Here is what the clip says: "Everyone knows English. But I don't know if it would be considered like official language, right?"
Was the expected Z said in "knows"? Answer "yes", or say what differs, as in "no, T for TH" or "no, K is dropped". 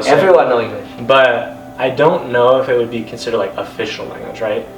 no, Z is dropped